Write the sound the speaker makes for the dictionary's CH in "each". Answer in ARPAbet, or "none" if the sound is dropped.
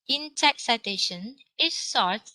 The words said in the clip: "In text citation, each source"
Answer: S